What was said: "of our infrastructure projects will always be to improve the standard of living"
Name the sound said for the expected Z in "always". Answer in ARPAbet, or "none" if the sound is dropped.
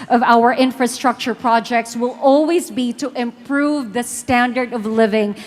Z